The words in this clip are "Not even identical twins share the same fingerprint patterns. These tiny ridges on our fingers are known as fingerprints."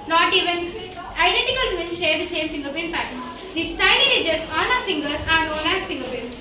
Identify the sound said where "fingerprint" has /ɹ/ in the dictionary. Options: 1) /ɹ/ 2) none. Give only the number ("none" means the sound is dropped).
2